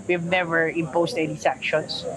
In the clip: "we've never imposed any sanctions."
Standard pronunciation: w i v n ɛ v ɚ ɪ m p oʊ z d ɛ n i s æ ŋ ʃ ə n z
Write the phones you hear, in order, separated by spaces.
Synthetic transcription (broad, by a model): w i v n ɛ v ɚ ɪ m p oʊ s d ɛ n i s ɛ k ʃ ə n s